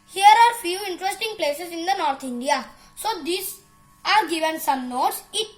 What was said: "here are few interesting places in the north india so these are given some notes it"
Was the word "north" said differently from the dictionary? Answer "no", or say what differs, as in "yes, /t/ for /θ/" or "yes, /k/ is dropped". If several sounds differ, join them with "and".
yes, /t/ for /θ/